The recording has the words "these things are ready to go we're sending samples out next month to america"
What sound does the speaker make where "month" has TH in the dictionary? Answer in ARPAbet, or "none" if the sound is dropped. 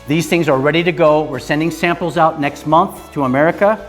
TH